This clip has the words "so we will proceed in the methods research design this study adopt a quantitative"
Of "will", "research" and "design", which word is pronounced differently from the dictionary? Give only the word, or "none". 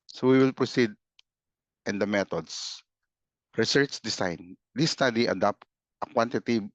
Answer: design